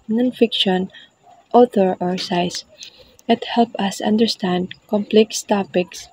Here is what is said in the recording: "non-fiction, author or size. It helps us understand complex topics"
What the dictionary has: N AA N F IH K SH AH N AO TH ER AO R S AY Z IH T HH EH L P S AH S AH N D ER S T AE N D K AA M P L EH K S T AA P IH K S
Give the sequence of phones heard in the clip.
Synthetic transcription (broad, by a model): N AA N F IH K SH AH N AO T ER AO R S AY S IH T HH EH L P AH S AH N D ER S T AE N D K AA M P L EH K S T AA P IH K S